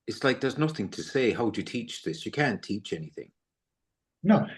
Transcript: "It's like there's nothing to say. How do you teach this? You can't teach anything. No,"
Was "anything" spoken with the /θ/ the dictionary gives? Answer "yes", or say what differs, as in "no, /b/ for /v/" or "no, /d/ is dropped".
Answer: yes